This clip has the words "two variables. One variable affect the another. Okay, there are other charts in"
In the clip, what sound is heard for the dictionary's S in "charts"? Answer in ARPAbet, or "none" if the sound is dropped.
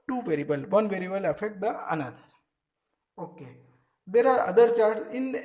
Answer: none